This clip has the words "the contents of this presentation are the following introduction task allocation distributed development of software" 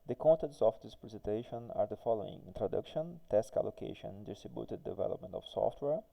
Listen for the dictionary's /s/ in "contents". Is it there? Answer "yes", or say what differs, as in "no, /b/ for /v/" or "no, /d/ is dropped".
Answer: yes